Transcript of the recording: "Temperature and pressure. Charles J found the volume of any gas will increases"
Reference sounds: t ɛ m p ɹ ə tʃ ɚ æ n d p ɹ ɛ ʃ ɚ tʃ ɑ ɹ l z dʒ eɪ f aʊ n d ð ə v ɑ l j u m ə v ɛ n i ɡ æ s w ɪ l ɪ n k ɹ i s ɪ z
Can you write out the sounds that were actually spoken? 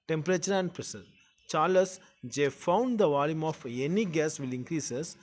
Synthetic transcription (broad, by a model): t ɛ m p ɹ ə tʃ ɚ æ n d p ɹ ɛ s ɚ tʃ ɑ ɹ l s dʒ eɪ f aʊ n d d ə v ɑ l j u m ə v ɛ n i ɡ æ s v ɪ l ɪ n k ɹ i s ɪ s